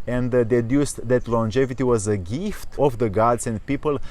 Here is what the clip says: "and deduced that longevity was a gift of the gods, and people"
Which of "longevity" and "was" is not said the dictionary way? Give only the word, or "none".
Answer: none